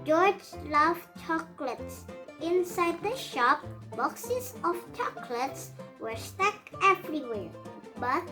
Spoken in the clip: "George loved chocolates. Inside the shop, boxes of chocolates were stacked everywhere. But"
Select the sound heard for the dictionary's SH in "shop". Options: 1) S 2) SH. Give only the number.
2